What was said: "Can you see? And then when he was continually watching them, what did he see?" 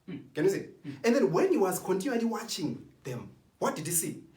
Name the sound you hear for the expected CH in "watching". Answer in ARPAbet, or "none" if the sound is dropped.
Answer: CH